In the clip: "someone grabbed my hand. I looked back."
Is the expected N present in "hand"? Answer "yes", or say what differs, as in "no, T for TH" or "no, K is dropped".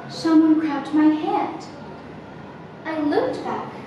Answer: no, N is dropped